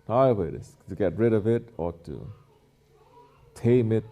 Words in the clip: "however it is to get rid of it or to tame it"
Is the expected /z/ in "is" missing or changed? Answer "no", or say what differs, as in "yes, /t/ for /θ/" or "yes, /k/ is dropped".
yes, /s/ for /z/